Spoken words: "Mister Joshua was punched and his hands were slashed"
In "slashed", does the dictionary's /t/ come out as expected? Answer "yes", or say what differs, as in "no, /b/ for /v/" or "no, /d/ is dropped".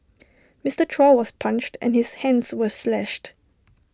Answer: yes